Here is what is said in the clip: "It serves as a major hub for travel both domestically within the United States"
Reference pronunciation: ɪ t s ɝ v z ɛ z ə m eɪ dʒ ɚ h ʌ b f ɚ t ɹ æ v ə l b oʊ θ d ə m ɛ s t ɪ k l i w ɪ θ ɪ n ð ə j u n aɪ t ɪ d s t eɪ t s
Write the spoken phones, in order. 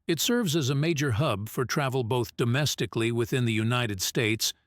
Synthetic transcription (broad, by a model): ɪ t s ɝ v z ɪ z ə m eɪ dʒ ɚ h ʌ b f ɚ t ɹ æ v l b oʊ θ d ə m ɛ s t ɪ k l i w ɪ θ ɪ n ð ə j u n aɪ t ɪ d s t eɪ t s